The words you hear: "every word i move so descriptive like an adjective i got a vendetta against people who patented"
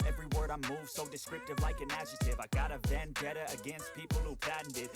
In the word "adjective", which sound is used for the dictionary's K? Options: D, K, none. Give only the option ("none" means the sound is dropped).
none